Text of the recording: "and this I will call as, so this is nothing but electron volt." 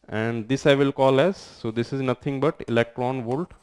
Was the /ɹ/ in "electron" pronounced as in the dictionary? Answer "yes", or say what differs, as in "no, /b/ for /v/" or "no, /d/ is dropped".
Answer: yes